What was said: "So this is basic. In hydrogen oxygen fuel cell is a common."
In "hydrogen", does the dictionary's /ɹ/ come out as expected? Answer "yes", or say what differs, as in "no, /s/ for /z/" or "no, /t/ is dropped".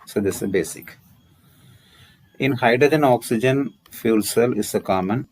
no, /ɹ/ is dropped